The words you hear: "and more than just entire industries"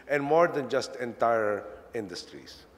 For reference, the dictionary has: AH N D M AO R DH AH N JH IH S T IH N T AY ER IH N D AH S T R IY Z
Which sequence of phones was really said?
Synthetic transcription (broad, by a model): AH N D M AO R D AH N JH IH S T IH N T AY ER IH N D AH S T R IY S